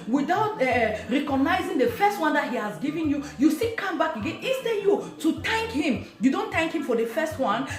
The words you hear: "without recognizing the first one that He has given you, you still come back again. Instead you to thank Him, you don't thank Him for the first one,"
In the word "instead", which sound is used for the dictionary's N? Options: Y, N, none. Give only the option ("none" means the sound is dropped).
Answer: none